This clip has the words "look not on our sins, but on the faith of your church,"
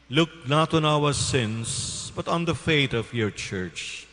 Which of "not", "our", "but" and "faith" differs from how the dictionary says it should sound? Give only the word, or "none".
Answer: faith